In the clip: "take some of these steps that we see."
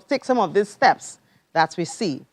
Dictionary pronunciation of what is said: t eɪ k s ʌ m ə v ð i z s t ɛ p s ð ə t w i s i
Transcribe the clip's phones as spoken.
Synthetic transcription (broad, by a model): t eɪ k s ʌ m ə v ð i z s t ɛ p s ð ə t w i s i